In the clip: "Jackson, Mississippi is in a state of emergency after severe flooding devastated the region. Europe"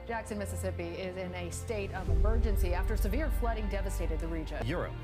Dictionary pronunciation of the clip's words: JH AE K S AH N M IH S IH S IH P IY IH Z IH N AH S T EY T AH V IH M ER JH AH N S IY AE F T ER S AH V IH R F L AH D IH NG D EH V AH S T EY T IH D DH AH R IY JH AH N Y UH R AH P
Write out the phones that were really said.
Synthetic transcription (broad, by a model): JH AE K S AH N M IH S IH S IH P IY IH Z IH N AH S T EY T AH V IH M ER JH AH N S IY AE F T ER S AH V IH R F L AH D IH NG D EH V AH S T EY T IH D DH AH R IY JH AH N Y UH R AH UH